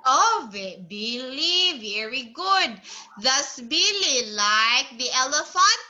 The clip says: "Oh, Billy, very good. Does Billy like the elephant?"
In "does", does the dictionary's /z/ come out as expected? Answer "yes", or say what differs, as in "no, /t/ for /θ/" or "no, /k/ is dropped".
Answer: no, /s/ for /z/